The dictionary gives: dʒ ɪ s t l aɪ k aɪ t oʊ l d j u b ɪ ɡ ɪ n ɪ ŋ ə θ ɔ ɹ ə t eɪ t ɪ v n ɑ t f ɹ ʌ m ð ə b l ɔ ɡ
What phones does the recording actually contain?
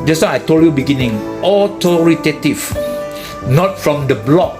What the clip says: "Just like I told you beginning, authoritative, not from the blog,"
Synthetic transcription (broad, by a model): dʒ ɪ s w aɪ aɪ t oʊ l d j u b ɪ ɡ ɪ n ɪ ŋ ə t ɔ ɹ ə t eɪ t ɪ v n ɑ t f ɹ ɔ m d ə b l ɔ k